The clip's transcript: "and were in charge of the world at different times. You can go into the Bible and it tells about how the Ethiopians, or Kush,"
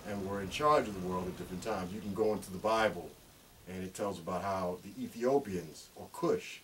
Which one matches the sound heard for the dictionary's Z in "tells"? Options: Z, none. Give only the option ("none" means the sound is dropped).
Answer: Z